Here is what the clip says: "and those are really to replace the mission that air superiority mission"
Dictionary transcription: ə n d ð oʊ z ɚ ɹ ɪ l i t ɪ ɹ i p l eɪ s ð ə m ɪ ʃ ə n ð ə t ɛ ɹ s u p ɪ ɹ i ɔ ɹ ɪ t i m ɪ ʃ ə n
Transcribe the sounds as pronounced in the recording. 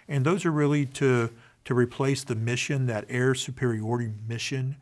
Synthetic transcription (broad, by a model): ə n ð oʊ z ɚ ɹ ɪ l i t ɪ ɹ i p l eɪ s ð ə m ɪ ʃ ə n ð ə t ɛ ɹ s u p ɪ ɹ i ɔ ɹ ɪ t i m ɪ ʃ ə n